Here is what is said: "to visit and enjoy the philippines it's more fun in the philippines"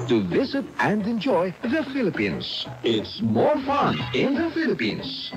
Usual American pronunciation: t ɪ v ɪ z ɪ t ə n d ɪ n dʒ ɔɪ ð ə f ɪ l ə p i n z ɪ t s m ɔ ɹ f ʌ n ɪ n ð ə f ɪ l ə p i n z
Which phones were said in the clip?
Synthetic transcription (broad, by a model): t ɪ v ɪ z ɪ t ə n d ɪ n dʒ ɔɪ ð ə f ɪ l ə p i n z ɪ t s m ɔ ɹ f ʌ n ɪ n ð ə f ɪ l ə p i n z